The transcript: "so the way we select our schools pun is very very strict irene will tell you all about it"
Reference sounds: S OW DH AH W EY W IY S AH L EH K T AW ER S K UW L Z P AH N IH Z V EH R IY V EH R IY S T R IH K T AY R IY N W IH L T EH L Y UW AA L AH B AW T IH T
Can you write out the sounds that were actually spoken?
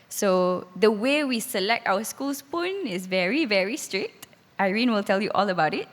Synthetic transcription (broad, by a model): S OW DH AH W EY W IY S AH L EH K T AW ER S K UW L S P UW N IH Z V EH R IY V EH R IY S T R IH K T AY R IY N W IH L T EH L Y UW AA L AH B AW T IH T